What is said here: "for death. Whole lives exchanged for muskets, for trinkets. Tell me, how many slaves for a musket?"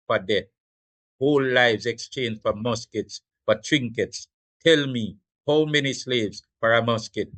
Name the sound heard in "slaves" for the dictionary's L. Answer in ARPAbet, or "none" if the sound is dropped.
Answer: L